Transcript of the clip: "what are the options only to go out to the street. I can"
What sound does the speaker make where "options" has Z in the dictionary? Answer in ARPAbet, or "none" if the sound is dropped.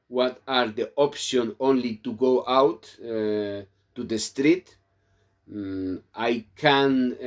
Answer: none